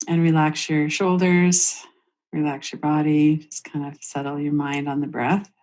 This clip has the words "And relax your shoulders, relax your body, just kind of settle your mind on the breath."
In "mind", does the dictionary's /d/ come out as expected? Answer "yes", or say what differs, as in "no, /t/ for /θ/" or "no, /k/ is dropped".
yes